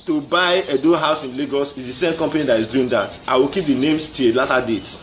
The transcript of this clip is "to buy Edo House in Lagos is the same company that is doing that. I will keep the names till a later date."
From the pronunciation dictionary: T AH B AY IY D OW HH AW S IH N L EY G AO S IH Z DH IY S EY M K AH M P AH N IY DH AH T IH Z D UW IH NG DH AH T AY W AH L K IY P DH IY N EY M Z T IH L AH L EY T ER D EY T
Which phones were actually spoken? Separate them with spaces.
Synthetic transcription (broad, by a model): T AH B AY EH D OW HH AW S IH N L EY G AO S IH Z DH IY S EY M K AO M P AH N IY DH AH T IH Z D UW IH NG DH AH T AY W AH L K IY P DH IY N EY M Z T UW AH L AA T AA D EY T